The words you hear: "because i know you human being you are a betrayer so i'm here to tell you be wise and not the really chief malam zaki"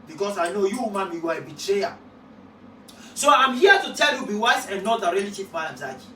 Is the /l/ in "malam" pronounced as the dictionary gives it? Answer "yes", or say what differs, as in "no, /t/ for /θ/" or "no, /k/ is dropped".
no, /l/ is dropped